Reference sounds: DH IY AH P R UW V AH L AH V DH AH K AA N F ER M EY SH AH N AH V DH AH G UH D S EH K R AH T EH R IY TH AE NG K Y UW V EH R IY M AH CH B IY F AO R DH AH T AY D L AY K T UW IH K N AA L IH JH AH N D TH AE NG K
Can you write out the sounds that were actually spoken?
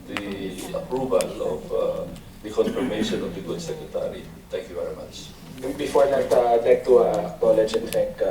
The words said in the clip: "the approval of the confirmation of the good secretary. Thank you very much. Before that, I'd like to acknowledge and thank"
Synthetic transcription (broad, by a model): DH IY AH P R UW V AH L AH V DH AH K AA N F ER M EY SH AH N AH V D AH G UH D S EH K R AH T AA R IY T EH NG K Y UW V EH R IY M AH CH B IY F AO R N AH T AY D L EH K T UW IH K AA L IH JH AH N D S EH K